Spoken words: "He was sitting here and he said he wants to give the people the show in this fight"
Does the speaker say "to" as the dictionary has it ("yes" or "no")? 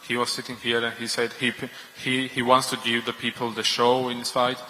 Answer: yes